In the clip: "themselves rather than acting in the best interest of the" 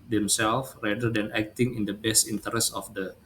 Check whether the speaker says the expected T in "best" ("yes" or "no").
yes